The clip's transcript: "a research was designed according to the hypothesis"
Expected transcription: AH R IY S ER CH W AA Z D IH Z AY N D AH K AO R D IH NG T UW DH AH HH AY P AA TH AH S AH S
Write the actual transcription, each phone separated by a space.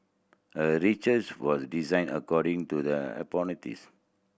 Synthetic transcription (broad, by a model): AH R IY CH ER S W AA S D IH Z AY N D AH K AO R D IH NG T UW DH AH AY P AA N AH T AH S